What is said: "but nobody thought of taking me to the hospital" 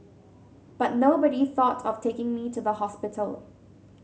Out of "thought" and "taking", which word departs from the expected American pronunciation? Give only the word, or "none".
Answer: none